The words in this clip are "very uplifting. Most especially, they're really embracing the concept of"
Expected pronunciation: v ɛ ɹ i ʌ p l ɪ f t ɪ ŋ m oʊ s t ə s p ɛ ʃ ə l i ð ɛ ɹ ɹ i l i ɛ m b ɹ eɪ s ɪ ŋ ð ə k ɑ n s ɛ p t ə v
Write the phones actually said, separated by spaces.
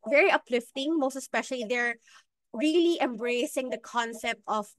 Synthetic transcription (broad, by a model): v ɛ ɹ i ʌ p l ɪ f t ɪ ŋ m oʊ s t ə s p ɛ ʃ ə l i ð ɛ ɹ ɹ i l i ɛ m b ɹ eɪ s ɪ ŋ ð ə k ɑ n s ɛ p t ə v